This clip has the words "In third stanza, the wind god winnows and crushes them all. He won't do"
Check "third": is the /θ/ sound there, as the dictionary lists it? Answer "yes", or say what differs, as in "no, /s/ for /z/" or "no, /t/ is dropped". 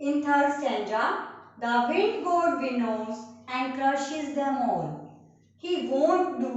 no, /t/ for /θ/